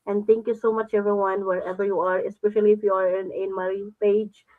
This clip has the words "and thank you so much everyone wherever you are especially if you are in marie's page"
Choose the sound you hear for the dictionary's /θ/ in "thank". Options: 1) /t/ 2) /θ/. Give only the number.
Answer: 1